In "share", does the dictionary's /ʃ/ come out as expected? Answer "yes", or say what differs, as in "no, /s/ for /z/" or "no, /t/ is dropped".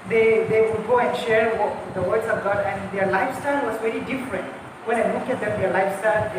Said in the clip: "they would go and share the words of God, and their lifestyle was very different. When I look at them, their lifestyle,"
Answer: yes